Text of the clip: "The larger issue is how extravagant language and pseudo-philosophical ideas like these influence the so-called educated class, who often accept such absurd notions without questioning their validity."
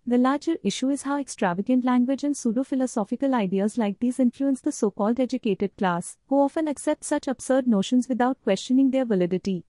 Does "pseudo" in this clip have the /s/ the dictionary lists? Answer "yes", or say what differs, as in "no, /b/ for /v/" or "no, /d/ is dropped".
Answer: yes